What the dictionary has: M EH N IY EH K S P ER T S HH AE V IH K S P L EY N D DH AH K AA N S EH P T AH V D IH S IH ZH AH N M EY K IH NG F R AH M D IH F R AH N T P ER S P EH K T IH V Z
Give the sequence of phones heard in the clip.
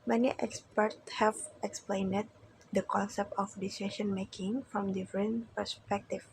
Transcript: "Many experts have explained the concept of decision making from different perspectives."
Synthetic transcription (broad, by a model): M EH N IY EH K S P ER T S HH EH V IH K S P L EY N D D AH K AA N S EH P T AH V D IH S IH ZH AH N M EY K IH NG F R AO M D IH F R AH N P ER S P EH K T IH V